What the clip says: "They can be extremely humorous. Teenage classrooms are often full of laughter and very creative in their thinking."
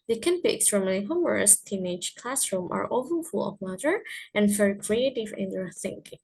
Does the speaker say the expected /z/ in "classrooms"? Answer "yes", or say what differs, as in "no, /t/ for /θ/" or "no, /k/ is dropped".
no, /z/ is dropped